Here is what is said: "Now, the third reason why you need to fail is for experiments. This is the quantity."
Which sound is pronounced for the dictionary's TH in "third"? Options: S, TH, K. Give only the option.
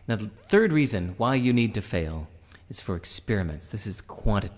TH